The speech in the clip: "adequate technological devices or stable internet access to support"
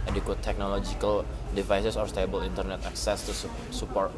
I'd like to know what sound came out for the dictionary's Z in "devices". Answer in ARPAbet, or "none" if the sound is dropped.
S